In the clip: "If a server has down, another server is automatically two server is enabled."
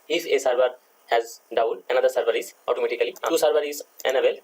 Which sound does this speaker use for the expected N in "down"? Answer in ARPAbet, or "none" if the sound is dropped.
L